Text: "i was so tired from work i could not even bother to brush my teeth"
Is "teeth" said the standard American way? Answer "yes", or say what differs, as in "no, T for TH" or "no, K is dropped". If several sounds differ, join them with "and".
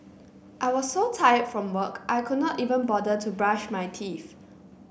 no, F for TH